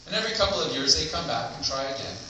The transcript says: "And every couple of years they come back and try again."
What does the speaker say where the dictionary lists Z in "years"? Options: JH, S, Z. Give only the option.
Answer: Z